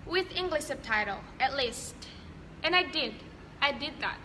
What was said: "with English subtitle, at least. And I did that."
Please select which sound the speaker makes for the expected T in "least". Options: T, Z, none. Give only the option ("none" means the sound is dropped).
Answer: T